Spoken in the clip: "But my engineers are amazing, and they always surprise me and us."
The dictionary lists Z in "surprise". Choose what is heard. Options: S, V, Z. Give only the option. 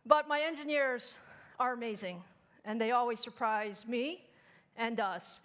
Z